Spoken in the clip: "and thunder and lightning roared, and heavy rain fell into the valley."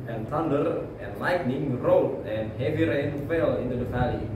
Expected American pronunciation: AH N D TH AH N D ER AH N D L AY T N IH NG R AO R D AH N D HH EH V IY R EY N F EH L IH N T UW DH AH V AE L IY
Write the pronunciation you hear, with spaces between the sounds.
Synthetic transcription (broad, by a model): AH N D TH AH N D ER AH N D L AY T N IH NG R AO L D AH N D HH EH V IY R EY N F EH L IH N T UW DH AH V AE L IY